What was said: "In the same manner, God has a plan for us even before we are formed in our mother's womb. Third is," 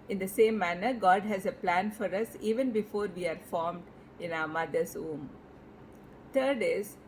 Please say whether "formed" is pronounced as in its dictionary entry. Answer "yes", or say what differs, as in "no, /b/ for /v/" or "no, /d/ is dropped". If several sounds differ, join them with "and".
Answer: yes